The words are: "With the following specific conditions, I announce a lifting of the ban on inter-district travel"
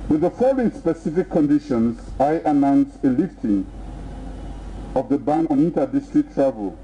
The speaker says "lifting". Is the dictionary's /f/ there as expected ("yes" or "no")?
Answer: yes